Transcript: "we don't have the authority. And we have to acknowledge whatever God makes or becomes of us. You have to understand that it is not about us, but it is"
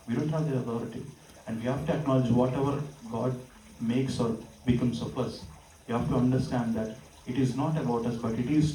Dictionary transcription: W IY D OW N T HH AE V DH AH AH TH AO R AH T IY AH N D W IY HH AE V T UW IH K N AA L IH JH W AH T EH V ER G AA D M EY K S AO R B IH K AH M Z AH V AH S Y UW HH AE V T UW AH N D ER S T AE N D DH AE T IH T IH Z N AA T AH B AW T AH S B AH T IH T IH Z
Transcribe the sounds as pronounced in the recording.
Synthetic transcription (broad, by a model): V IY D OW N T HH AE V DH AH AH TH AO R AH T IY AH N D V IY HH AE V T UW IH K N AA L IH JH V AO T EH V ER G AA D M EY K S AO R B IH K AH M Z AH P AH S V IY HH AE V T UW AH N D ER S T AE N D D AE T IH T IH Z N AA T AH B AW T AH S B AH T IH T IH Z